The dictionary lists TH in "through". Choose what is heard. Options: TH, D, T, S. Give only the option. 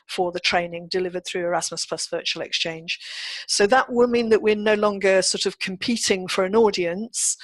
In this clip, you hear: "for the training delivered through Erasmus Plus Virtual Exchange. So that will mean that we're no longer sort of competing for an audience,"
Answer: TH